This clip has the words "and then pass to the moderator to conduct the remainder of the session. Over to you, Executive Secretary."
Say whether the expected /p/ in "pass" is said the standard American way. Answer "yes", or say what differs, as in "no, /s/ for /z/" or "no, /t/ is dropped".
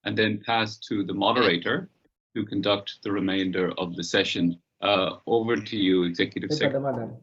yes